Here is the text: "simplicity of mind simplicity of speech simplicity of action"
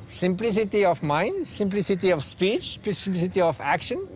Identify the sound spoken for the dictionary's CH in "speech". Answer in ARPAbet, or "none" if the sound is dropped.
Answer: CH